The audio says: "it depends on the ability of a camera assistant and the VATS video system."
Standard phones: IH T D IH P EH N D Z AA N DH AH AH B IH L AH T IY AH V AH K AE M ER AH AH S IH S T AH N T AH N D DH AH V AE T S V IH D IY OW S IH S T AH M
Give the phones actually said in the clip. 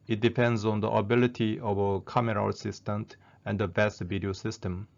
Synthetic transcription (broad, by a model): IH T D IH P EH N D Z AA N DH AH AH B IH L AH T IY AH V AH K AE M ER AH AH S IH S T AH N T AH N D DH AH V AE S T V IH D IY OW S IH S T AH M